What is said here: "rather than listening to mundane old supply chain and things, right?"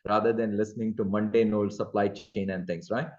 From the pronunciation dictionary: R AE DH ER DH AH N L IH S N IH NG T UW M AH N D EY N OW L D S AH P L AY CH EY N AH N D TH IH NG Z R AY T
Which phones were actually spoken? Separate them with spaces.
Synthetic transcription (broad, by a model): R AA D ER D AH N L IH S N IH NG T UW M AH N D EY N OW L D S AH P L AY CH EY N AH N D T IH NG S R AY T